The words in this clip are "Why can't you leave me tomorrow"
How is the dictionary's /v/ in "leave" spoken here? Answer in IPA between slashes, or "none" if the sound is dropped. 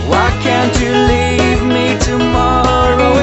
/v/